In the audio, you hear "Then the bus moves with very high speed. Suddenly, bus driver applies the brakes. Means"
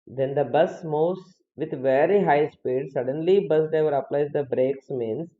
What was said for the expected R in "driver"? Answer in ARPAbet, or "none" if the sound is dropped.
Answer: none